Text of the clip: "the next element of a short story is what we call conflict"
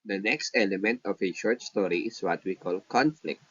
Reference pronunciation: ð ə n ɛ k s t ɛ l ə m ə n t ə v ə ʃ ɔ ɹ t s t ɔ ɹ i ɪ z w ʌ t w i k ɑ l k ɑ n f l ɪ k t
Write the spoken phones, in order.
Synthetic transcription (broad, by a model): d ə n ɛ k s t ɛ l ə m ə n t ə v ə ʃ ɔ ɹ t s t ɔ ɹ i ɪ s w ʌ t w i k ɑ l k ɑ n f l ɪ k t